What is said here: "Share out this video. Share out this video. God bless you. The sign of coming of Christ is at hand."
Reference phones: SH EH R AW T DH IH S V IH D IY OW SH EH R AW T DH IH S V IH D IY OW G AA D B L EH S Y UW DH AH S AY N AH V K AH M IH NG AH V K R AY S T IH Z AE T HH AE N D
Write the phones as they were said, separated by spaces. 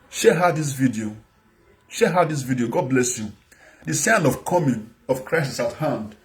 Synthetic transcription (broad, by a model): SH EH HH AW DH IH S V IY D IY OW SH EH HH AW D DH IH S V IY D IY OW G AA D B L EH S Y UW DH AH S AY N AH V K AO M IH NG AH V K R AY S IH S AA T HH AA N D